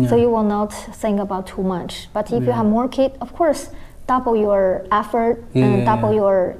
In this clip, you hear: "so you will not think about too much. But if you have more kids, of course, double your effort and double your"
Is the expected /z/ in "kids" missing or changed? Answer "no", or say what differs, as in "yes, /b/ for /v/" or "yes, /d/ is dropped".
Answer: yes, /z/ is dropped